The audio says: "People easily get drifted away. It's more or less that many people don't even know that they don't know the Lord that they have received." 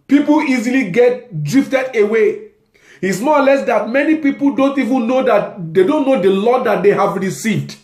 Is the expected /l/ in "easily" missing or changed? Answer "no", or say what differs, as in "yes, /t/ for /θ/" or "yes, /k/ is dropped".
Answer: no